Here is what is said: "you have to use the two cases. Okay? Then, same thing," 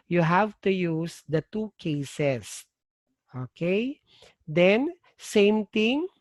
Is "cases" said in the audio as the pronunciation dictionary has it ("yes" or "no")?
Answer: no